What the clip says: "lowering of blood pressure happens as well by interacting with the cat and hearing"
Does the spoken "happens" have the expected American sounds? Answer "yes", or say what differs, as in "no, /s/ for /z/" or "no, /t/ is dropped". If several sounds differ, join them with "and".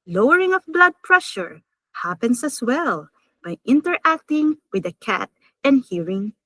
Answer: no, /s/ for /z/